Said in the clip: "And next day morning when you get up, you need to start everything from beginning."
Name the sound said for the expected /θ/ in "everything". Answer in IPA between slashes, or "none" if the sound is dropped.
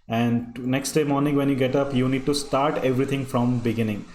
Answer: /t/